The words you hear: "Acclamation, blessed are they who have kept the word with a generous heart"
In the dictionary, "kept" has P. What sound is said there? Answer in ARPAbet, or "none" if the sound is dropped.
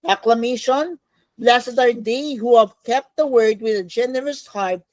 P